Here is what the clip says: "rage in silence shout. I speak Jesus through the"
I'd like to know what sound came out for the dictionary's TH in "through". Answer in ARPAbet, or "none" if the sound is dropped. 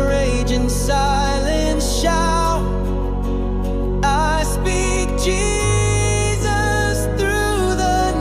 TH